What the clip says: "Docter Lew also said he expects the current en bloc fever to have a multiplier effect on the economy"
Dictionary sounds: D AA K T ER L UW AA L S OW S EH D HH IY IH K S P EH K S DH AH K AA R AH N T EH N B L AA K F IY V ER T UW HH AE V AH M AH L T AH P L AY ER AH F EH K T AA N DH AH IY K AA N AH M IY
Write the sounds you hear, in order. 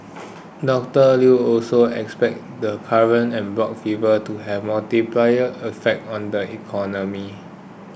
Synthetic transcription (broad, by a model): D AA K T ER L UW AA L S OW EH K S P EH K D AH K AA R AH N EH N B L AA K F IY V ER T UW HH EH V M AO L T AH P L AY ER AH F EH K T AA N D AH IY K AA N AH M IY